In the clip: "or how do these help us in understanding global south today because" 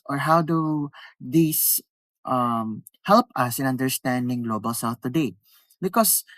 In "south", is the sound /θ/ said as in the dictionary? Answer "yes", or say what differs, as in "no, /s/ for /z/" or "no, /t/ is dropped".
no, /f/ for /θ/